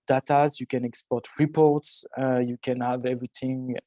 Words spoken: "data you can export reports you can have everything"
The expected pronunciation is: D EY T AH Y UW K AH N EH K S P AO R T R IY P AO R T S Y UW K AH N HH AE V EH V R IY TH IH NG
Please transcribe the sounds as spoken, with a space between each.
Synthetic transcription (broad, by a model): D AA T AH Y UW K AH N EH K S P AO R T R IY P AO R T S Y UW K AH N HH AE V EH V R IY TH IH NG